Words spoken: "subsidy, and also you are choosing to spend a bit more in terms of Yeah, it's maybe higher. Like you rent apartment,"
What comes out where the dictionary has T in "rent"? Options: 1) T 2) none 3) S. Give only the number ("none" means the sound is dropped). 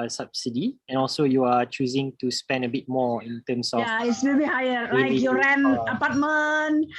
2